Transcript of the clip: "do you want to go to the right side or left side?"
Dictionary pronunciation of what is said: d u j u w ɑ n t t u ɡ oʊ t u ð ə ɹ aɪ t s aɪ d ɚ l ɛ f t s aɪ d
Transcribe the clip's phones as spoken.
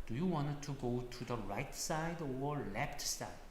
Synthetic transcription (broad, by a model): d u j u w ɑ n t t u ɡ oʊ t u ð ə ɹ aɪ t s aɪ d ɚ l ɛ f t s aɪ